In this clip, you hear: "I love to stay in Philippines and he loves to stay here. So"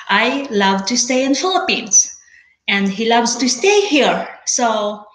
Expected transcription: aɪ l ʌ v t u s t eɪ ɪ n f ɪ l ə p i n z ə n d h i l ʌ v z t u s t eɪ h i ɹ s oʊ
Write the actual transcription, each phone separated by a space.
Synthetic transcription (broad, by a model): aɪ l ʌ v t u s t eɪ ɪ n f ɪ l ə p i n s ə n d h i l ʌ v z t u s t eɪ h i ɹ s oʊ